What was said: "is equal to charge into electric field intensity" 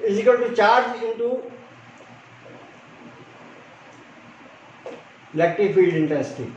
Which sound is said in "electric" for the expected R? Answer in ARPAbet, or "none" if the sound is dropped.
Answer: none